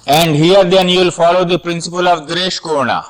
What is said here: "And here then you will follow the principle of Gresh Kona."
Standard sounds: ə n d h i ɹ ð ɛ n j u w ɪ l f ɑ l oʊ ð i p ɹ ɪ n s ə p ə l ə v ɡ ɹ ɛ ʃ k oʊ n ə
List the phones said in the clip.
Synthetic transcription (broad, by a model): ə n d h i ɹ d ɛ n j u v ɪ l f ɑ l oʊ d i p ɹ ɪ n s ə p ə l ə v ɡ ɹ ɛ ʃ k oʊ n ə